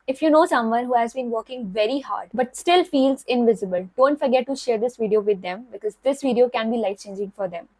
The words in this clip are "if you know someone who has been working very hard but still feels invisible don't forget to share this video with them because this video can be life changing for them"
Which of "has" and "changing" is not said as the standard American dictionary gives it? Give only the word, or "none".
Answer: none